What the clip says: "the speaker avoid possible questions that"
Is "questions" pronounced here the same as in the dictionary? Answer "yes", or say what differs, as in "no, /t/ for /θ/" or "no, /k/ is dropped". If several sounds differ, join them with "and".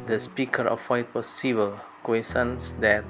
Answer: no, /tʃ/ is dropped